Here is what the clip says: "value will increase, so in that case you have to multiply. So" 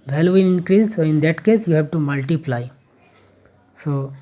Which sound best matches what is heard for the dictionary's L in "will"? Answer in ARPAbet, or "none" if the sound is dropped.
N